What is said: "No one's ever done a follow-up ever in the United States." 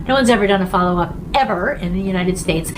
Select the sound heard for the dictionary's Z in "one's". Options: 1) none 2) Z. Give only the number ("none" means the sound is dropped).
2